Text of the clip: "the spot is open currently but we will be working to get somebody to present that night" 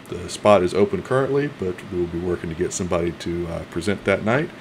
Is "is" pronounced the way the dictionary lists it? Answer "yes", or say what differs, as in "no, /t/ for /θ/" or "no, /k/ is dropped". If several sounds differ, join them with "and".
yes